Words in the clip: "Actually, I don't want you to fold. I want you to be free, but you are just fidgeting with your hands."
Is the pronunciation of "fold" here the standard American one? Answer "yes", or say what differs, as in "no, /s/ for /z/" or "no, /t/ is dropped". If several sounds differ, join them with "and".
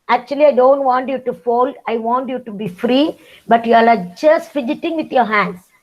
yes